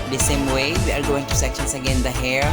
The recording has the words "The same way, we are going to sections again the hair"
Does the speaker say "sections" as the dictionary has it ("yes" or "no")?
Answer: no